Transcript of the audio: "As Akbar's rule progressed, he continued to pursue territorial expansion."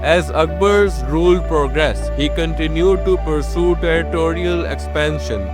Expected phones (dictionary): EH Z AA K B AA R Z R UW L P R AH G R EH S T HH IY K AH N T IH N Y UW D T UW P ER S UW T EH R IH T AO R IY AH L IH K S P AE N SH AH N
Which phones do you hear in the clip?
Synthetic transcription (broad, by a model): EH Z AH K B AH R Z R UW L P R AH G R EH S HH IY K AH N T IH N Y UW D T UW P ER S UW T EH R IH T AO R IY AH L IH K S P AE N SH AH N